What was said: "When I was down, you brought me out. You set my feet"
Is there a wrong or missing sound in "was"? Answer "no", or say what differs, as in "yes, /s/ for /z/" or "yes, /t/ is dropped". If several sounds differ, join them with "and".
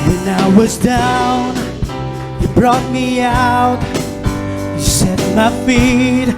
no